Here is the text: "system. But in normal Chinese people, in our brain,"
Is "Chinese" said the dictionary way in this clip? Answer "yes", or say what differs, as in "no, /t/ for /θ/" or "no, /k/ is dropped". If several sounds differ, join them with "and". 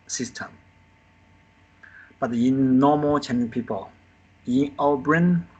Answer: no, /z/ is dropped